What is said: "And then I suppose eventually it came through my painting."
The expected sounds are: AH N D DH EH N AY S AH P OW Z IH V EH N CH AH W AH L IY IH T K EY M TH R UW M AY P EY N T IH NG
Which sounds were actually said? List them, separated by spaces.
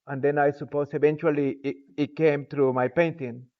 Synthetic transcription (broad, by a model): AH N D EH N AY S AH P OW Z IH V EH N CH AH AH L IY IH T K EY M T R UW M AY P EY N T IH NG